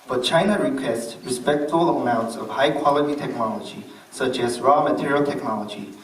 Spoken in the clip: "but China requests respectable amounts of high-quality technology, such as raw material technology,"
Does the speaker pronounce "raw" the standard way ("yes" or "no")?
yes